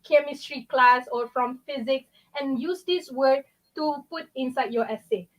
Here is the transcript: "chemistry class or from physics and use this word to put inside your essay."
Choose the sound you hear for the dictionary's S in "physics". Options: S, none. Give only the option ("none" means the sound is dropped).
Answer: S